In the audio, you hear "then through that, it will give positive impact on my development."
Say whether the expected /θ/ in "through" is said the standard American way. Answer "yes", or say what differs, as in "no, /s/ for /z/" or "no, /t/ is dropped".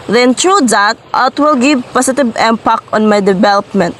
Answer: no, /t/ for /θ/